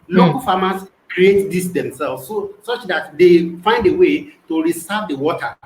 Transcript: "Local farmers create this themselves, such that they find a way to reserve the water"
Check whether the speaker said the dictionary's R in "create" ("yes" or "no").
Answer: yes